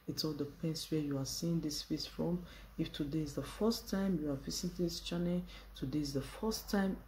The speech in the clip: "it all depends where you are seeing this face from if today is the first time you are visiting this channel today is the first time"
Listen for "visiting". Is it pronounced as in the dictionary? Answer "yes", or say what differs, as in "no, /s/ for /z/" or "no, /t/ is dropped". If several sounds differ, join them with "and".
no, /s/ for /t/